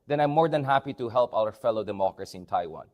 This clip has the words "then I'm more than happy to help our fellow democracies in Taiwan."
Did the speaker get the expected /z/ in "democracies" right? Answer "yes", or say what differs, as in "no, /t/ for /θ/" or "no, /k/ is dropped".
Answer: no, /z/ is dropped